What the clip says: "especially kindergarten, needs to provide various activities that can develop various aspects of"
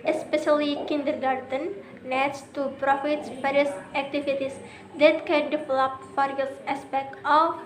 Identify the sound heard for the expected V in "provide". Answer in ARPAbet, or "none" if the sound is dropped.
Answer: F